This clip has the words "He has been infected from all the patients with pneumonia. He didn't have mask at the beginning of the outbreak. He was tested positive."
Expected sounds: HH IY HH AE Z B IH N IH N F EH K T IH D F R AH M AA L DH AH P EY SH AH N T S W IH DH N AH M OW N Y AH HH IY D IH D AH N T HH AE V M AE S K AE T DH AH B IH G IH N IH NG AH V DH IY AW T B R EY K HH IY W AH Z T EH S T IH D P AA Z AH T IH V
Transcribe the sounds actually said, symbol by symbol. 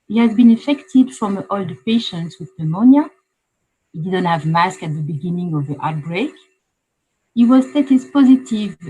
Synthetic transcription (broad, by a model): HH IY HH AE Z B IH N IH F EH K T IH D F R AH M AA L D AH P EY SH AH N T S W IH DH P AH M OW N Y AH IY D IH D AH N T HH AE V M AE S K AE T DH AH B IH G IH N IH NG AH V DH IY AW T B R EY K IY W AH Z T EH T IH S P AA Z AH T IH V